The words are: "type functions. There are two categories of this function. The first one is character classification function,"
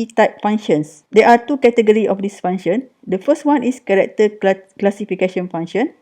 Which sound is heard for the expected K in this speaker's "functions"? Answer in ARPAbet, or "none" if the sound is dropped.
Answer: none